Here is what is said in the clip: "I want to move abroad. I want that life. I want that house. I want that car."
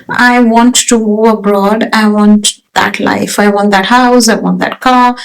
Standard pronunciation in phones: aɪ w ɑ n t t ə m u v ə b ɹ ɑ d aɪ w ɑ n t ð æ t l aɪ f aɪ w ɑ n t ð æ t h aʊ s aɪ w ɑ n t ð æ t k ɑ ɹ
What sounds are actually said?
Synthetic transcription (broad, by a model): aɪ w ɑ n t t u ə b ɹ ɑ d aɪ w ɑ n t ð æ t l aɪ f aɪ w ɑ n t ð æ t h aʊ s aɪ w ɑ n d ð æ t k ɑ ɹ